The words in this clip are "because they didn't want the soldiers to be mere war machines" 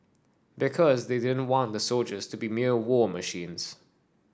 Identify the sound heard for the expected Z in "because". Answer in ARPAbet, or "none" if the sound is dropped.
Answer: Z